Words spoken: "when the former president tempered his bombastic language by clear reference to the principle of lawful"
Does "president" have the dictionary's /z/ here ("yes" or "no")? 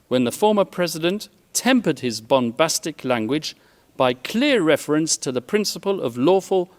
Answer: yes